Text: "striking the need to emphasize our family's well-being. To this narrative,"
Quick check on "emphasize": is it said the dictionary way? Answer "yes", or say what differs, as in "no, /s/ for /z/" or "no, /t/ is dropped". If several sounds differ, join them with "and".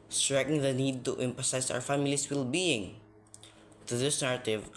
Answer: no, /s/ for /z/